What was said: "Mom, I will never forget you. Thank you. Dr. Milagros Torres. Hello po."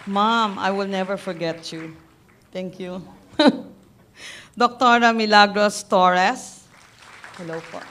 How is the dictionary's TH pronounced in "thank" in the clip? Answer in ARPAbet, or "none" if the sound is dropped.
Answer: T